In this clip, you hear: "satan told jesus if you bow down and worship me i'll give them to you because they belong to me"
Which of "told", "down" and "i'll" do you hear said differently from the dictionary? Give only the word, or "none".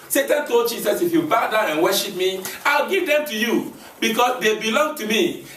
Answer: down